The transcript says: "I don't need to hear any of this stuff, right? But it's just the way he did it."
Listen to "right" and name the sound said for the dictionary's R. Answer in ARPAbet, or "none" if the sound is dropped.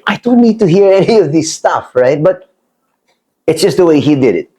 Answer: R